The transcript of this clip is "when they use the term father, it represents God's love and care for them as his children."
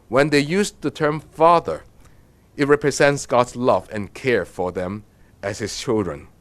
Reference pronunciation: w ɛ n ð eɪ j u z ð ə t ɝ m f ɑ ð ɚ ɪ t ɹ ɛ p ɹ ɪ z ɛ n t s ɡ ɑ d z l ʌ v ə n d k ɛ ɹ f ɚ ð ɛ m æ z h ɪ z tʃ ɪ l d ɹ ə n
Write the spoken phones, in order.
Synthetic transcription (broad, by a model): w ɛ n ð eɪ j u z ð ə t ɝ m f ɑ ð ɚ ɪ t ɹ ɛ p ɹ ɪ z ɛ n t s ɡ ɑ d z l ʌ v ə n k ɛ ɹ f ɚ ð ɛ m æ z h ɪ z tʃ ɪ l d ɹ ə n